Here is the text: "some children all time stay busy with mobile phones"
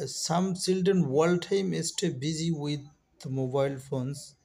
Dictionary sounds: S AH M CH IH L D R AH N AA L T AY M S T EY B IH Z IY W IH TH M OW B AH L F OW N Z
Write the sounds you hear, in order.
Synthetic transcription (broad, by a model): S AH M S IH L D AH N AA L T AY M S T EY B IH Z IY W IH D M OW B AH L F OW N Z